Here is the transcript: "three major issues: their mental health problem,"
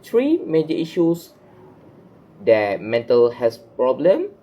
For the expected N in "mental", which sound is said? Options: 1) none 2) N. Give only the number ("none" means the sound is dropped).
2